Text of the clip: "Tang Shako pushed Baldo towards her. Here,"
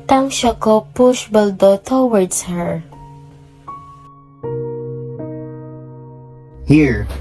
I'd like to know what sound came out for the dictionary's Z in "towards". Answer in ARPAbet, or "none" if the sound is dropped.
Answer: S